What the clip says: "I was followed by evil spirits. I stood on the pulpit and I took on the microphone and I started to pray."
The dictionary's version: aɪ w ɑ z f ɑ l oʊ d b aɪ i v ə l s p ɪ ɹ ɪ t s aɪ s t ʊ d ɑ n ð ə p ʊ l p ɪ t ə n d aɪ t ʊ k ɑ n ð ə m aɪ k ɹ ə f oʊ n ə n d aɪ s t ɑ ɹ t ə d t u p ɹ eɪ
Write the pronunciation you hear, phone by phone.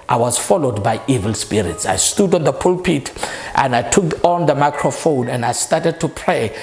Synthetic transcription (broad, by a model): aɪ w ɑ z f ɑ l oʊ d b aɪ i v ə l s p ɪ ɹ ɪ t s aɪ s t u d ɑ n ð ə p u l p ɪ t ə n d aɪ t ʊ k ɑ n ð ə m aɪ k ɹ ə f oʊ n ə n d aɪ s t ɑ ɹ t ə d t u p ɹ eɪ